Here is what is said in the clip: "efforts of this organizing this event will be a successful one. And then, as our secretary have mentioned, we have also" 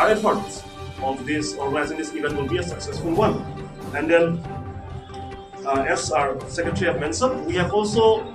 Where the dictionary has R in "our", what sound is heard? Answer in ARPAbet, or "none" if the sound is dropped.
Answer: R